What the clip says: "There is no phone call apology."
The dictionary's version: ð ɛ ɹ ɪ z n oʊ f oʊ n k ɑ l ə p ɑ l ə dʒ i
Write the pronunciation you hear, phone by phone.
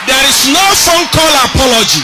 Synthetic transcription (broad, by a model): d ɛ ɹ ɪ s n oʊ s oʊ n k ɑ l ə p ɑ l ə dʒ i